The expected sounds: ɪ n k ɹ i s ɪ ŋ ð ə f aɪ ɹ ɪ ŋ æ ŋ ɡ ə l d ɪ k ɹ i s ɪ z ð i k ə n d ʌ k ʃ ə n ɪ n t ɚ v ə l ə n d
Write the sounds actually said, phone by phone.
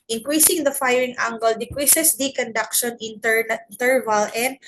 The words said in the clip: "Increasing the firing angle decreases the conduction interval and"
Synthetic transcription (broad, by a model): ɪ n k ɹ i s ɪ ŋ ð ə f aɪ ɹ ɪ ŋ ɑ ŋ ɡ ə l d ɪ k ɹ i s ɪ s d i k ə n d ʌ k ʃ ə n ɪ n t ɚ v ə l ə n d